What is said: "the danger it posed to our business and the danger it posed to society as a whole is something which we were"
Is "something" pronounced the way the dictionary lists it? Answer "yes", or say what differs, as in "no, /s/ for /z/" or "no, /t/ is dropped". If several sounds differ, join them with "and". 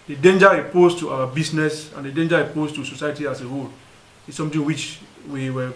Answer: no, /t/ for /θ/